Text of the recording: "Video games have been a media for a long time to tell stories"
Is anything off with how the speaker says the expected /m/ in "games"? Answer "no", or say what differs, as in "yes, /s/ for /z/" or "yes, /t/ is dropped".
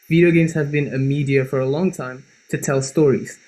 no